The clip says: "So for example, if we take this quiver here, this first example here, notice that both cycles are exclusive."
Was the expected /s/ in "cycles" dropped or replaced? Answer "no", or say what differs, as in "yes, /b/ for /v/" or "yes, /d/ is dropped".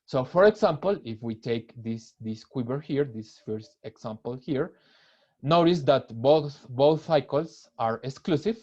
yes, /θ/ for /s/